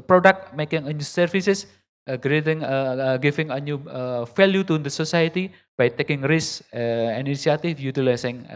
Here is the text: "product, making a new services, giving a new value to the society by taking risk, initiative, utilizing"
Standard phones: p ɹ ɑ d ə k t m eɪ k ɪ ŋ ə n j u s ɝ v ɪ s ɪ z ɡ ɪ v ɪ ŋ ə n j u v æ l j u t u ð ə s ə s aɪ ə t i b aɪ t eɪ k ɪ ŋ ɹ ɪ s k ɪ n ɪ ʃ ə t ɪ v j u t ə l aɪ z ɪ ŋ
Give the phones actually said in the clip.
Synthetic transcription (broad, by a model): p ɹ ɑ d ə k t m eɪ k ɪ ŋ ə n j u s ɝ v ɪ s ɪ s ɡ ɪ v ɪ ŋ ə n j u f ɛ l j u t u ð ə s ə s aɪ ə t i b aɪ t eɪ k ɪ ŋ ɹ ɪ s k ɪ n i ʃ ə t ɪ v j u t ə l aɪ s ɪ ŋ